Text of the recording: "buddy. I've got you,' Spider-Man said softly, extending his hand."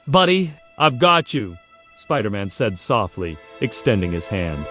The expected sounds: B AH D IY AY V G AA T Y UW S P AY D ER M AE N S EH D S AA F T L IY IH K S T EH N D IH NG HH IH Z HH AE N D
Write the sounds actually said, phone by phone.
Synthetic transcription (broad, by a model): B AH D IY AY V G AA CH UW S P AY D ER M AE N S EH D S AA F T L IY IH K S T EH N D IH NG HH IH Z HH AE N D